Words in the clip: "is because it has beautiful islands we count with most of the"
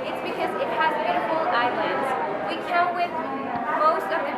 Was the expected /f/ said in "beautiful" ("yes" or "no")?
no